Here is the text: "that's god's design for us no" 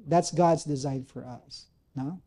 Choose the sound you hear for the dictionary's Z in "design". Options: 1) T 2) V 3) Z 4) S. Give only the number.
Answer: 3